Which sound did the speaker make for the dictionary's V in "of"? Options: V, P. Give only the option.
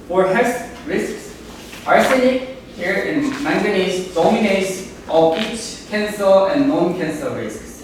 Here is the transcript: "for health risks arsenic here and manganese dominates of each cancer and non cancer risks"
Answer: P